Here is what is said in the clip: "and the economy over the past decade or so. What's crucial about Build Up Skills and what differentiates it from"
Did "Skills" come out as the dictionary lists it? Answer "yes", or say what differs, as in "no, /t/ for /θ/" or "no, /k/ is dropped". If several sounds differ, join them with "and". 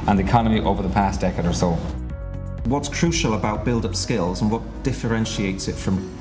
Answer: yes